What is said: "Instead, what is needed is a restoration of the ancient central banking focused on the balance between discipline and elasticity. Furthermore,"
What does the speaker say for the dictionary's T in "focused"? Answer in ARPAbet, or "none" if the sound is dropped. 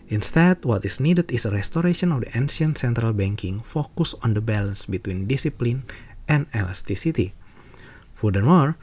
none